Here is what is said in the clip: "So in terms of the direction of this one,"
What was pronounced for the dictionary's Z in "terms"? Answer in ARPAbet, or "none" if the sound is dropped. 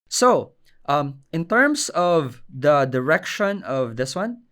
S